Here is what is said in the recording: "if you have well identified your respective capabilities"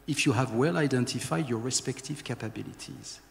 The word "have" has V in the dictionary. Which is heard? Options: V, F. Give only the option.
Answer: V